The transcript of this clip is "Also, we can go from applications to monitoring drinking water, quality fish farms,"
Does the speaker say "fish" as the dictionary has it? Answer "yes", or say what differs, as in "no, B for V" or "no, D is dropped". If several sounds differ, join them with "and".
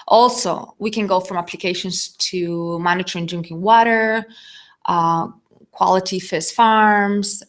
no, S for SH